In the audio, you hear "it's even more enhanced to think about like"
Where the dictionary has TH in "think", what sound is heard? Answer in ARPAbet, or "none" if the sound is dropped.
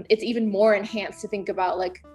TH